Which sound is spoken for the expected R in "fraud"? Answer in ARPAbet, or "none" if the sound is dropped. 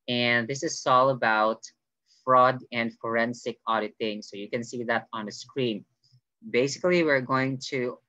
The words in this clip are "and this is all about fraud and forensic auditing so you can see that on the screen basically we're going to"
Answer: R